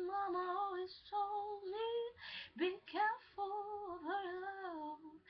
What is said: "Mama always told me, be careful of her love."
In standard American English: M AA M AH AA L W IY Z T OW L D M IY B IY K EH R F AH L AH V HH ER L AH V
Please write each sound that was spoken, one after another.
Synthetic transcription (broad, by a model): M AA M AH AA L W IY Z S OW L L IY B IY K EH R F AH L AH V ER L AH